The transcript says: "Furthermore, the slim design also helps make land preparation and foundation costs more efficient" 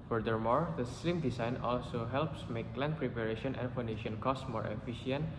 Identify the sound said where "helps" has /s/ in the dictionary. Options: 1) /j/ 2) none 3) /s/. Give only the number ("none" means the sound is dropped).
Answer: 3